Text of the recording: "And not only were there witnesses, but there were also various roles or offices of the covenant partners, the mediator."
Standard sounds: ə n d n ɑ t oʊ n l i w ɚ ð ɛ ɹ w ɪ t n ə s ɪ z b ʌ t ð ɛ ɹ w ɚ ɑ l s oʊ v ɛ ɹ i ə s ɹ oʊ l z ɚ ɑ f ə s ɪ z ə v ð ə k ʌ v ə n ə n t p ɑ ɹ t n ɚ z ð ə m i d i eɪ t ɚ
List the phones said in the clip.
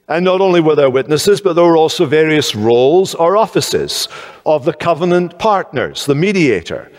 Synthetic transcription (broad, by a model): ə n n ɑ t oʊ n l i w ɚ ð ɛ ɹ w ɪ t n ə s ɪ z b ʌ t ð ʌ ɹ w ɚ ɑ l s oʊ v ɛ ɹ i ə s ɹ oʊ l z ɚ ɑ f ə s ɪ z ə v ð ə k ʌ v ə n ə n p ɑ ɹ t n ɚ z ð ə m i d i eɪ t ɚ